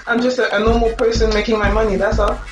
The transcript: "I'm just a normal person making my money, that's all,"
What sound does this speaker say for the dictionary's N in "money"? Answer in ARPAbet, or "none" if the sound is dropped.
N